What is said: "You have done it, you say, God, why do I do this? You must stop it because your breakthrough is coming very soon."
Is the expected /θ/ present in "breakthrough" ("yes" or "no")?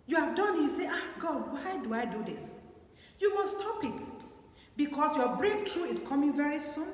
no